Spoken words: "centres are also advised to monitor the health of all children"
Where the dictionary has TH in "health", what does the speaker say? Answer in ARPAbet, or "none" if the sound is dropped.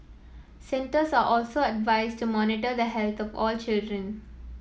T